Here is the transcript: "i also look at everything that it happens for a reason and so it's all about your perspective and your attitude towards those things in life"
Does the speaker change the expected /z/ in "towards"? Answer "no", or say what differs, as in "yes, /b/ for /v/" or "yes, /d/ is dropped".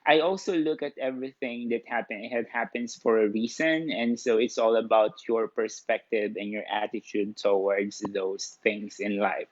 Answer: yes, /s/ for /z/